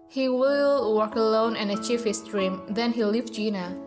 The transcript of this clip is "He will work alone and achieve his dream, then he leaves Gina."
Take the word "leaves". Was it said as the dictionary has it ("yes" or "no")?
no